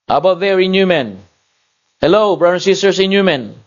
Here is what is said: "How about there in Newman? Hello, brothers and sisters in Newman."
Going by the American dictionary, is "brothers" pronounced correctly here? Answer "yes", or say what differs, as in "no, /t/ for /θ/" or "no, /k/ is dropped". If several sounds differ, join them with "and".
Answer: no, /z/ is dropped